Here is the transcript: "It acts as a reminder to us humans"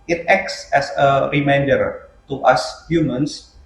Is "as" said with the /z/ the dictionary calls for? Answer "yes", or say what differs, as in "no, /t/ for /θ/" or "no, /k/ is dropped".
no, /s/ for /z/